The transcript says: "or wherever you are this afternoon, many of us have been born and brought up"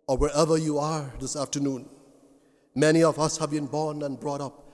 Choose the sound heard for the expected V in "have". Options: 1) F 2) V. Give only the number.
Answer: 2